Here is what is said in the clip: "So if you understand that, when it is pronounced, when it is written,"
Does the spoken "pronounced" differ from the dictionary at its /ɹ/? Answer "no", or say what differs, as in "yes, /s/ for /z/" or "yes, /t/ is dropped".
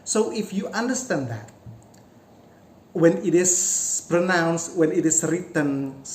no